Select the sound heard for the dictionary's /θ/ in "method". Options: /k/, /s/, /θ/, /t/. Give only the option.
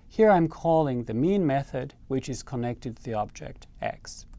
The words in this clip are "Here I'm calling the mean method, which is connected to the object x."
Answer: /θ/